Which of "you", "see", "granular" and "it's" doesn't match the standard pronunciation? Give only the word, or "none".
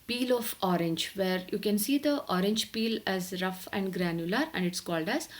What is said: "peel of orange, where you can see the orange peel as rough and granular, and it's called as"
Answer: none